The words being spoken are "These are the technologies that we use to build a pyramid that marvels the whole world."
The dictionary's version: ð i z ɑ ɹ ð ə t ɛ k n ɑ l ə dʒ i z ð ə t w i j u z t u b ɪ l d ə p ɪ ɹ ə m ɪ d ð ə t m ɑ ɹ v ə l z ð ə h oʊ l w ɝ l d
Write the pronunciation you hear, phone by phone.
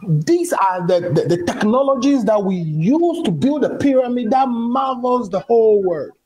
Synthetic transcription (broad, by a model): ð i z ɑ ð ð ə t ɛ k n ɑ l ə dʒ i z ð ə t w i j u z t u b ɪ l d ə p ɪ ɹ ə m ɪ d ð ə t m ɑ v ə l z ð ə h oʊ l w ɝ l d